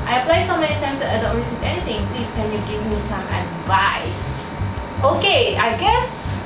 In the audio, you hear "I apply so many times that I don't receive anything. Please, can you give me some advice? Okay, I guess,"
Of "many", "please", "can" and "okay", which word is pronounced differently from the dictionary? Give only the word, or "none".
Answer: please